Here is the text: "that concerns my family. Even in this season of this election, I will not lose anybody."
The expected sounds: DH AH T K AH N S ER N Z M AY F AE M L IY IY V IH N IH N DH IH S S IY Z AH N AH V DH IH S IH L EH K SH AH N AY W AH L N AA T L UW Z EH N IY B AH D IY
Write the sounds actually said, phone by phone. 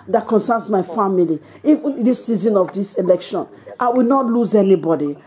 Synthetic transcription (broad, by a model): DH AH T K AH N S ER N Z M AY F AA M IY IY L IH IH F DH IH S S IY Z AH N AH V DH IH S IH L EH K SH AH N AY W AH L N AA T L UW Z EH N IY B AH D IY